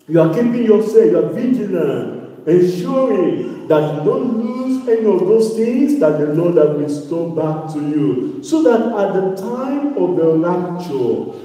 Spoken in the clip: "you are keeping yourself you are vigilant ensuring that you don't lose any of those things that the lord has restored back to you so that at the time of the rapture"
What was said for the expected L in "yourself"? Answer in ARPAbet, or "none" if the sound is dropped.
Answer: none